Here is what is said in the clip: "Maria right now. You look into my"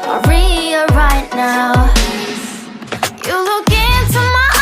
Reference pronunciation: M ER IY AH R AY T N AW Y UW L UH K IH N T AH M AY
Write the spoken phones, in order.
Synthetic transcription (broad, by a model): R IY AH R AY T N AW Y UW L UH K IH N T AH M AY